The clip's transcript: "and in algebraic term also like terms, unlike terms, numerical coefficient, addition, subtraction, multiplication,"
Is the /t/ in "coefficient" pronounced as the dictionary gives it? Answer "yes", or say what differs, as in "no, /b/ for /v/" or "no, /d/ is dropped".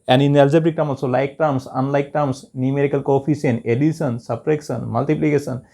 no, /t/ is dropped